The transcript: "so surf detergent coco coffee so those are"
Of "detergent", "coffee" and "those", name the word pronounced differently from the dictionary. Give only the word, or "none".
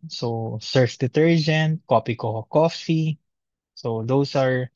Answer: those